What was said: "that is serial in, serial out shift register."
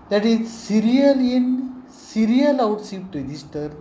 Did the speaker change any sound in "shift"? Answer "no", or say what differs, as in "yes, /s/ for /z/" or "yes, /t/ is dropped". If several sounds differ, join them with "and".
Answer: yes, /s/ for /ʃ/